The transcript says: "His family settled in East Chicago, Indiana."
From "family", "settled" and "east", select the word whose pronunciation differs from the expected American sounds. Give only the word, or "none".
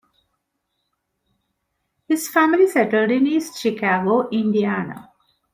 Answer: none